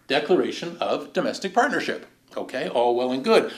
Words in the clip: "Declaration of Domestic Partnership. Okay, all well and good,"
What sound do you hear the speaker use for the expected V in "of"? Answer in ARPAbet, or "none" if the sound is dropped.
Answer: V